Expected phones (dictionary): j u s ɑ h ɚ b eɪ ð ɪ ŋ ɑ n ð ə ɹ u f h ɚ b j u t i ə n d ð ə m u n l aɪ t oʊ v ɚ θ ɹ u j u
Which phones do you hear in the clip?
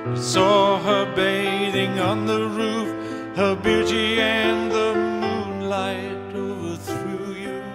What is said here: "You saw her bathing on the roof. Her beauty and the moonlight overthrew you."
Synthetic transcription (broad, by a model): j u s ɑ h ɚ b eɪ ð ɪ ŋ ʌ n ð ə ɹ u f h ɚ b j u t i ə n ð ə m u n l aɪ t oʊ v ɚ θ ɹ u j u